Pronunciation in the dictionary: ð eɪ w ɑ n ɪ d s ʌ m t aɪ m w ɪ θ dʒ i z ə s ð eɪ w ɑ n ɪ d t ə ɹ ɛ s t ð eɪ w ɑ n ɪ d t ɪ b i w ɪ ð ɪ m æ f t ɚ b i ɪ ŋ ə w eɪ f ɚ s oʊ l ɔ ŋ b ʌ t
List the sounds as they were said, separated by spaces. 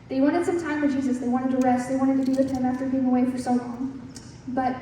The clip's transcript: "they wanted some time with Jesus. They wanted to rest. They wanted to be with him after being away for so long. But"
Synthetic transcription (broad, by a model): ð eɪ w ɑ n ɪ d s ʌ m t aɪ m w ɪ dʒ i z ə s ð eɪ w ɑ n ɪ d t ə ɹ ɛ s t ð eɪ w ɑ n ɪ d t ɪ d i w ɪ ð ɪ m æ f t ɚ b i ɪ ŋ ə w eɪ f ɚ s oʊ l ɔ ŋ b ʌ t